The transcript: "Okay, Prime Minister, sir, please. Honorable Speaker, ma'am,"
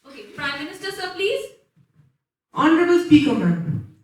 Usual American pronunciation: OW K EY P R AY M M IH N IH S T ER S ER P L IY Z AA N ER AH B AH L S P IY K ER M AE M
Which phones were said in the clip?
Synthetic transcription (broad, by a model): OW K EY P R AY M M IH N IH S T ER S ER P L IY Z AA N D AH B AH L S P IY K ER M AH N